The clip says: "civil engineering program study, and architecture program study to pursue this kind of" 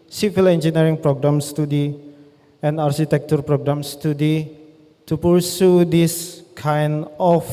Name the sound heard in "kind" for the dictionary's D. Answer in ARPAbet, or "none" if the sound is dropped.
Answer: none